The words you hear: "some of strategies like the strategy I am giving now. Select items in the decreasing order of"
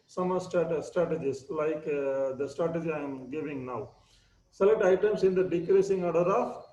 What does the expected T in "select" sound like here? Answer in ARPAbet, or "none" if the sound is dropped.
T